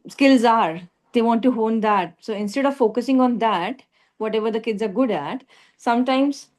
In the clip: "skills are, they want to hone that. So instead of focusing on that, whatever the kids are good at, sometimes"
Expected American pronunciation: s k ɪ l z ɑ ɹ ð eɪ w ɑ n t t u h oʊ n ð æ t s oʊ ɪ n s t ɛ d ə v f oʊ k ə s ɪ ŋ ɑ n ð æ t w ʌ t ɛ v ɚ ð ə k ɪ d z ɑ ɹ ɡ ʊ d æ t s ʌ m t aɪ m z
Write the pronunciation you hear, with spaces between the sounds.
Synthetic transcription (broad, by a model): s k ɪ l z ɑ ɹ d eɪ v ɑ n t t u h oʊ n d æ t s oʊ ɪ n s t ɛ d ə v f oʊ k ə s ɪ ŋ ɑ n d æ t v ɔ t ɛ v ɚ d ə k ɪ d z ɑ ɹ ɡ ʊ d æ t s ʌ m t aɪ m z